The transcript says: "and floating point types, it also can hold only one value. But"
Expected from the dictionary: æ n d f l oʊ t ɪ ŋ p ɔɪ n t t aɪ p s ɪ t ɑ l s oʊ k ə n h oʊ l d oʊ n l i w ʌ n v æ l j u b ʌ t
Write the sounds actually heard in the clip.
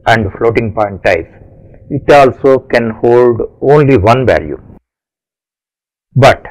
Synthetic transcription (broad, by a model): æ n d f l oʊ t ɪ ŋ p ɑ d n t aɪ s ɪ t ɑ l s oʊ k ə n h oʊ l d oʊ n l i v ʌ n v æ l j u b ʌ t